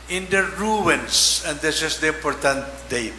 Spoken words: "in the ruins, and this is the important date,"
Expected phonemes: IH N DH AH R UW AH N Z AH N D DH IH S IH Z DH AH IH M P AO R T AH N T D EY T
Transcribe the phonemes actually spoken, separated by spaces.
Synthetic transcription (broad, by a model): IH N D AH R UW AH N S AH N D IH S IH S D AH IH M P AO R T AH N T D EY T